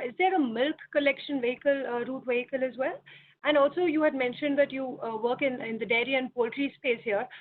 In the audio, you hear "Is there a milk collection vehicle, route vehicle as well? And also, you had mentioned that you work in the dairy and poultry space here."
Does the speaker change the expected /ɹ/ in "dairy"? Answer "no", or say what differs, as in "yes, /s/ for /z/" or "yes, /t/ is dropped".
no